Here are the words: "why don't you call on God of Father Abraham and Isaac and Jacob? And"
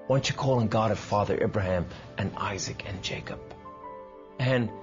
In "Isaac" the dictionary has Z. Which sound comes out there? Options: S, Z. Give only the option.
Z